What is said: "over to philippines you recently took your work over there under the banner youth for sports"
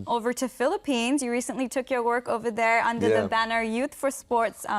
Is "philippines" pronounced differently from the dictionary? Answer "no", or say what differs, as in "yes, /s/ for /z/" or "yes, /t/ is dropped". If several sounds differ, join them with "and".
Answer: no